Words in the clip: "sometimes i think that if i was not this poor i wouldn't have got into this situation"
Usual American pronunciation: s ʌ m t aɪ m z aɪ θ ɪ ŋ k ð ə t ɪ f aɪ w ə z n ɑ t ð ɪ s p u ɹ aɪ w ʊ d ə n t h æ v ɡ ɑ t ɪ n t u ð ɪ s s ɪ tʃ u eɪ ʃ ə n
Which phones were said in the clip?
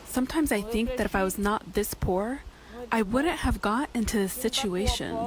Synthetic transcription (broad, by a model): s ʌ m t aɪ m z aɪ θ ɪ ŋ k ð ə t ɪ f aɪ w ə z n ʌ t ð ɪ s p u ɹ aɪ w ʊ d n t h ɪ v ɡ ɑ t ɪ n t u ð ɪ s s ɪ tʃ u eɪ ʃ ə n